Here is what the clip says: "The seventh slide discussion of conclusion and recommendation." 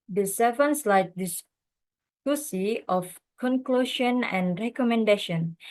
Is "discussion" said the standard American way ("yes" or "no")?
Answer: no